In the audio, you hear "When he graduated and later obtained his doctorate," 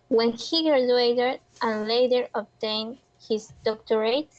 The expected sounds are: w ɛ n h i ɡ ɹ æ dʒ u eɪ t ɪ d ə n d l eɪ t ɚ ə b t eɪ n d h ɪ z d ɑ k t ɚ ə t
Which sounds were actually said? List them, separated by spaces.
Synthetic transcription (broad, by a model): w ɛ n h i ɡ æ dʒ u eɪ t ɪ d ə n l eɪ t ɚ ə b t eɪ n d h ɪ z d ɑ k t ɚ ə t